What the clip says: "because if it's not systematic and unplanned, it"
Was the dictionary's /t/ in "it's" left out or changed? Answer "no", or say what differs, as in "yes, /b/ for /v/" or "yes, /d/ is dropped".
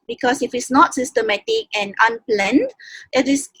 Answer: no